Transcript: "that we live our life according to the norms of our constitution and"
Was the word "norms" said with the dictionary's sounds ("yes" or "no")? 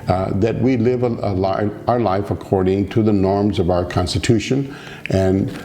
yes